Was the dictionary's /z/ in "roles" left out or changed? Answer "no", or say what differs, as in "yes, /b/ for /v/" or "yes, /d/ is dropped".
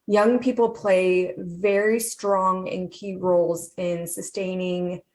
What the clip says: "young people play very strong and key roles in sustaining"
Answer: no